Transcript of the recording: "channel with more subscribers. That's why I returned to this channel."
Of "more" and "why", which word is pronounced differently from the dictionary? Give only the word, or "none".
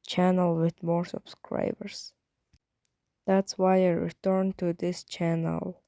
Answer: none